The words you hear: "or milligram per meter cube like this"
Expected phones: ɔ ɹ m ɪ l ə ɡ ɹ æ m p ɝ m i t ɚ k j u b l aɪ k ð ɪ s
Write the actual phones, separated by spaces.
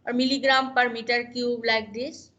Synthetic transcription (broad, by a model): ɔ ɹ m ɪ l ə ɡ ɹ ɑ m p ɝ m i t ɚ k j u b l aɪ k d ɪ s